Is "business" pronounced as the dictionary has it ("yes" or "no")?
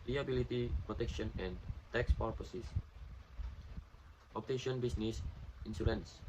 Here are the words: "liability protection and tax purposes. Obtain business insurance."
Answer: no